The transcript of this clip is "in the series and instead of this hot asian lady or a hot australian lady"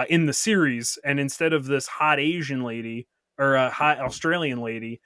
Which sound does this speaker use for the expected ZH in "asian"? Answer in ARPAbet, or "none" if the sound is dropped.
ZH